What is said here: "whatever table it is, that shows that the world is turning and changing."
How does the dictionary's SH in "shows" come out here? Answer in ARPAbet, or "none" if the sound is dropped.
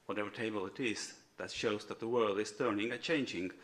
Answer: SH